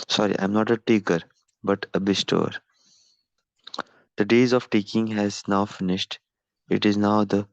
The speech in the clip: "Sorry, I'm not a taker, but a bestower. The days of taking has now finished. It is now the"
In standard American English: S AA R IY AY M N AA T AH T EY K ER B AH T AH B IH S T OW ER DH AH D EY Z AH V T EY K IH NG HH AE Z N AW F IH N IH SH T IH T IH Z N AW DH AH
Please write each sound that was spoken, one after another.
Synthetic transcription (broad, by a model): S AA R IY AY M N AA T AH T EY K ER B AH T AH B IH S T OW ER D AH D EY Z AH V T EY K IH NG HH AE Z N AW F IH N IH SH T IH T IH Z N AW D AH